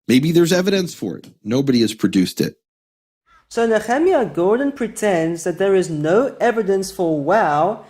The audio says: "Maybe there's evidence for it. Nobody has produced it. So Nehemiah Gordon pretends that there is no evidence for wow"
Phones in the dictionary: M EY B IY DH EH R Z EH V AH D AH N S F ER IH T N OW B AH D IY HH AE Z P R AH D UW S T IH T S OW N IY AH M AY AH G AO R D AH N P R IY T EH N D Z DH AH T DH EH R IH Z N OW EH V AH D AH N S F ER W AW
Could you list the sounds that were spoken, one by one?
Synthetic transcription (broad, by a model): M EY B IY DH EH R Z EH V AH D AH N S F ER IH T N OW B AH D IY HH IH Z P R AH D UW S T IH T S OW N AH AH M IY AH G AO R D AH N P R IY T EH N D Z DH AH T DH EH R IH Z N OW EH V AH D AH N S F ER W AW